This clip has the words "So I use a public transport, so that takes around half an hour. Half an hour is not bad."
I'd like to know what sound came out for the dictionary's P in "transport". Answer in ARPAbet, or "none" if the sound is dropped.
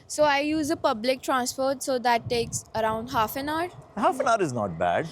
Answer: F